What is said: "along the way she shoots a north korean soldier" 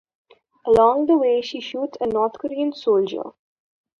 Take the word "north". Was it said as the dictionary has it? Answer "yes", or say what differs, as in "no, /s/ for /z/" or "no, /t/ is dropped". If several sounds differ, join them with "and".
no, /t/ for /θ/